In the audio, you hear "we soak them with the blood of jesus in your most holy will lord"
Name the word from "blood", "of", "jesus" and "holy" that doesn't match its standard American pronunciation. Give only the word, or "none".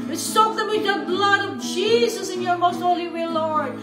none